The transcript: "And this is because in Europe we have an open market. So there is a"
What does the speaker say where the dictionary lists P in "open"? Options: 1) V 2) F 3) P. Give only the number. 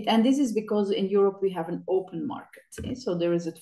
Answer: 3